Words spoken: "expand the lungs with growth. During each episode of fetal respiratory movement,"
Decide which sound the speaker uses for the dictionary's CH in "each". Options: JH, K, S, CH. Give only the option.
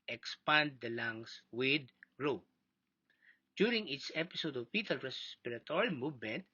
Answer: S